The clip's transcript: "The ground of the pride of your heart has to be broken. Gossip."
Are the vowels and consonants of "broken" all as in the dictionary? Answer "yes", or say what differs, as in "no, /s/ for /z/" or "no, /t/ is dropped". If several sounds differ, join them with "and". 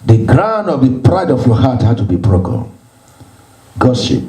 no, /l/ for /n/